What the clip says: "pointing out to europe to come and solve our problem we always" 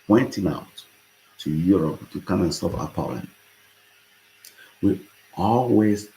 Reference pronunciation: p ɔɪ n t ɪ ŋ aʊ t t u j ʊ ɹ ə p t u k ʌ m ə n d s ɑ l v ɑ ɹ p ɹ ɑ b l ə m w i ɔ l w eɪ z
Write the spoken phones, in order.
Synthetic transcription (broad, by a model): p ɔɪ n t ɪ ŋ aʊ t t u j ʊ ɹ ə p t u k ʌ m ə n s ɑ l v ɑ p ɑ l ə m w i ɔ l w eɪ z